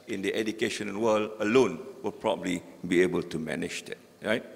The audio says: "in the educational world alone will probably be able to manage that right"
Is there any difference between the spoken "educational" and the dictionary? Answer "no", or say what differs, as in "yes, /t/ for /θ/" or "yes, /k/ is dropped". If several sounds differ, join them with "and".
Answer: yes, /n/ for /l/